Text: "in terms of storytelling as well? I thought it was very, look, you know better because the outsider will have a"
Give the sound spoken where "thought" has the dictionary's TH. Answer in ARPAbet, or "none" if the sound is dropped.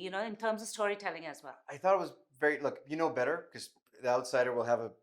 TH